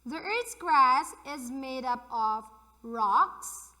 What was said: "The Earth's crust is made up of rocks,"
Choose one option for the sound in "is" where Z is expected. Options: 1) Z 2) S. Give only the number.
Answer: 1